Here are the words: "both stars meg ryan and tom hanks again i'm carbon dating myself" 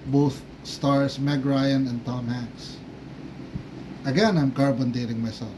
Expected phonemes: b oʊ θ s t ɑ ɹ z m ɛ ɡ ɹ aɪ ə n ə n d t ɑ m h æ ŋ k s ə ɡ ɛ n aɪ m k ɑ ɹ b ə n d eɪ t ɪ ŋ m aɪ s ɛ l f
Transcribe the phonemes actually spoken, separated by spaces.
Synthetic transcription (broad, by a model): b oʊ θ s t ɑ ɹ s m ɛ ɡ ɹ aɪ ə n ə n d t ɑ m h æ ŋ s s ə ɡ ɛ n aɪ m k ɑ ɹ b ə n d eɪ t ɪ ŋ m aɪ s ɛ l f